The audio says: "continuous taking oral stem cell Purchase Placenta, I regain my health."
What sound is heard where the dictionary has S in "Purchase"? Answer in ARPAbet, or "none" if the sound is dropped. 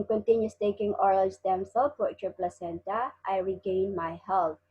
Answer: none